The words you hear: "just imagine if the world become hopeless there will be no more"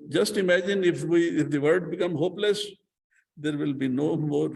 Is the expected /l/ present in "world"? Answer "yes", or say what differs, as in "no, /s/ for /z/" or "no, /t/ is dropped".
no, /l/ is dropped